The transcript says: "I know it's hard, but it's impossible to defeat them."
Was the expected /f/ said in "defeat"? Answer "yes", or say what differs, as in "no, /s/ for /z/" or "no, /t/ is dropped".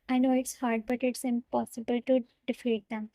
yes